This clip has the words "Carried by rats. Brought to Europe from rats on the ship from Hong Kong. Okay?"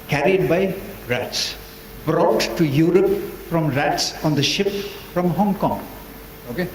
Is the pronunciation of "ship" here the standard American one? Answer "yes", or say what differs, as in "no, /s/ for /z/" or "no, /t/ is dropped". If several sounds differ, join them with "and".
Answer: yes